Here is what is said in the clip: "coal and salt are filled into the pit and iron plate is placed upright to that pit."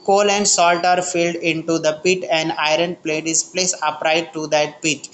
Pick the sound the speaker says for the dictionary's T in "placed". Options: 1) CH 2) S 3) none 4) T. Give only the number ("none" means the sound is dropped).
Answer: 3